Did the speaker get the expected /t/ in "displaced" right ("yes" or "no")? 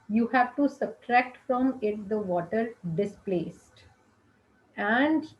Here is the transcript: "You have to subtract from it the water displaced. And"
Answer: yes